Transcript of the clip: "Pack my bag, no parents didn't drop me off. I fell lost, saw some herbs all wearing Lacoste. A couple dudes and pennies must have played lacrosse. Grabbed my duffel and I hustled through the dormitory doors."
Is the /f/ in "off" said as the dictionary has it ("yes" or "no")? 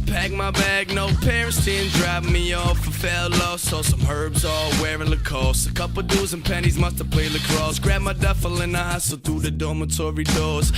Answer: yes